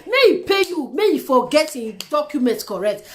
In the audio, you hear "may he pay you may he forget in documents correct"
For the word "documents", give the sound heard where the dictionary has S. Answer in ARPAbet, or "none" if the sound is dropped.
none